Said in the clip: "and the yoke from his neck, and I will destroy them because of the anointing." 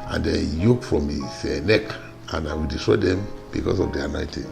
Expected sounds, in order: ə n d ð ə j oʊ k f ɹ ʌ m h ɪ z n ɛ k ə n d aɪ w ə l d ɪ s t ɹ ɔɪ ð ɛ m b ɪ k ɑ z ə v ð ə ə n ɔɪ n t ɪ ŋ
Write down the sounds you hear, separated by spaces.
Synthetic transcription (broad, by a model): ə n d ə j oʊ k f ɹ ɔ m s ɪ n ɛ k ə n aɪ w ə l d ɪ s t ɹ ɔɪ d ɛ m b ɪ k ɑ s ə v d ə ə n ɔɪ t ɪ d